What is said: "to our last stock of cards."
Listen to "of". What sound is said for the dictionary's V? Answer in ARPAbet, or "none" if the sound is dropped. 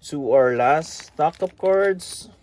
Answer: P